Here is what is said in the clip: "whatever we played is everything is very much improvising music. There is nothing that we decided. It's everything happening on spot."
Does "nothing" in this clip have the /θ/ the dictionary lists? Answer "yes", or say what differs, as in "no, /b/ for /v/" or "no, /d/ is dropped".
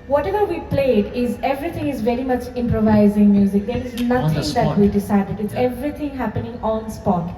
no, /t/ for /θ/